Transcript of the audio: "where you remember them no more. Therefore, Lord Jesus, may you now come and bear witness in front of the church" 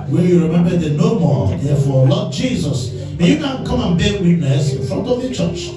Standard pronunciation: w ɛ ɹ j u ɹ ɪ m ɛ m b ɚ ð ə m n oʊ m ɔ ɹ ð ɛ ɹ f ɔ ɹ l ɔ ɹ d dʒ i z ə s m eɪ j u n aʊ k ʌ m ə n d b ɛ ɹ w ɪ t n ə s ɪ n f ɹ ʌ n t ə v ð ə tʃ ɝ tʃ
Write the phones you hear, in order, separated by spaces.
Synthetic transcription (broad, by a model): w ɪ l j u ɹ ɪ m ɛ m b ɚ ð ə n oʊ m ɔ ɹ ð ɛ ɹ f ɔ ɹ l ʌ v dʒ i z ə s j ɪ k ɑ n k ʌ m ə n b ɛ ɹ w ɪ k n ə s ɪ n f ɹ ʌ n t ə v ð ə tʃ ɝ tʃ